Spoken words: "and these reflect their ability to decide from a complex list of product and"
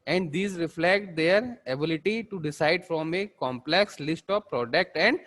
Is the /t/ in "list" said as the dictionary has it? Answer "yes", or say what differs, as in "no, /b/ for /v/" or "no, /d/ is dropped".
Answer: yes